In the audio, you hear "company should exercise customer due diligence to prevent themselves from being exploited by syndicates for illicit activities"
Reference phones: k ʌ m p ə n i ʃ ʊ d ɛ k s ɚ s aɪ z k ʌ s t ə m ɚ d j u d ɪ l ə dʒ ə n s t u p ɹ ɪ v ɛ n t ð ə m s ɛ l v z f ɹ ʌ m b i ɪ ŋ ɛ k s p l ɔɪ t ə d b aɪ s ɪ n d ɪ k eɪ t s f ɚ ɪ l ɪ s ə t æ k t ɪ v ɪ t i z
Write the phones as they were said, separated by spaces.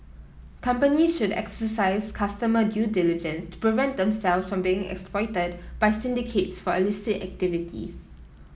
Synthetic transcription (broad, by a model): k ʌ m p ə n i ʃ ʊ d ɛ k s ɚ s aɪ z k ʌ s t ə m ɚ d j u d ɪ l ə dʒ ə n s t u p ɹ ɪ v ɛ n t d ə m s ɛ l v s f ɹ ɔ m b i ɪ ŋ ɛ k s p l ɔɪ t ə d b aɪ s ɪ n d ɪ k eɪ t s f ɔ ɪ l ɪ s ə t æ k t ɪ v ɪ t i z